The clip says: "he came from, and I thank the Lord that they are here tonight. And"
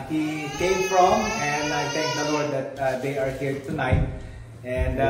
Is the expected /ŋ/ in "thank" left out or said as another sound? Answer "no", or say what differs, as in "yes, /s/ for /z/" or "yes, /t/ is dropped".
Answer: yes, /ŋ/ is dropped